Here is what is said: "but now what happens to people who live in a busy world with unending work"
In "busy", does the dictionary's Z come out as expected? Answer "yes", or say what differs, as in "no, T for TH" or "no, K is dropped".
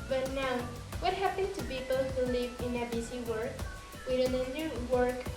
no, S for Z